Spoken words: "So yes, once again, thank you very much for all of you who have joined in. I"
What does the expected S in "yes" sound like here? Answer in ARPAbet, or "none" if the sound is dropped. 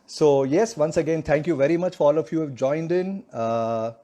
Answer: S